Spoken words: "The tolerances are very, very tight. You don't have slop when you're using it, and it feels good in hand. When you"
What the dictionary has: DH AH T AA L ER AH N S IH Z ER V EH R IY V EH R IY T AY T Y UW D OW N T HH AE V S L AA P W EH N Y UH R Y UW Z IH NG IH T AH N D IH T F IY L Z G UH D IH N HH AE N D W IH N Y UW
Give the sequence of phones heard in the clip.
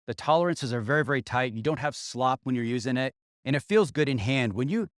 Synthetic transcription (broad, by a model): DH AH T AA L ER AH N S IH Z ER V EH R IY V EH R IY T AY T Y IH D OW N T HH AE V S L AA P W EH N Y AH R Y UW Z IH NG IH T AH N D IH T F IY L Z G UH D IH N HH AE N D W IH N Y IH